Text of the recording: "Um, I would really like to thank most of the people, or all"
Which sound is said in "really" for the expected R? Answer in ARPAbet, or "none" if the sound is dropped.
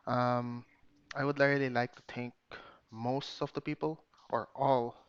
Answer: L